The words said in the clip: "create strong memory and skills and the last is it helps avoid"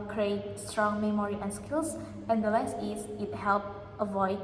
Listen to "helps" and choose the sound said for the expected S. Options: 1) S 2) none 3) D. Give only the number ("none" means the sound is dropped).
2